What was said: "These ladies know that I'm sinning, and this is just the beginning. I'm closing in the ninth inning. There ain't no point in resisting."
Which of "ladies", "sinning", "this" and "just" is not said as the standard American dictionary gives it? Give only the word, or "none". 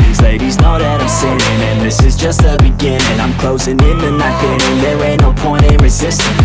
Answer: sinning